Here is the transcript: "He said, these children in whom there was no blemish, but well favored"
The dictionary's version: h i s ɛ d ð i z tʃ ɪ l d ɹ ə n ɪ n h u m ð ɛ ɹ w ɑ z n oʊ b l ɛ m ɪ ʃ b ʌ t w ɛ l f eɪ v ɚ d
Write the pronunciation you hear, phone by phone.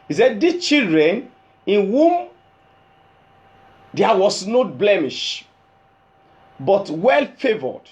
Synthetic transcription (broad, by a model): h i s ɛ d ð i tʃ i l d ɹ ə n ɪ n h u m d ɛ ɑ w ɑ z n oʊ b l ɛ m ɪ ʃ b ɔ t w ɛ l f eɪ v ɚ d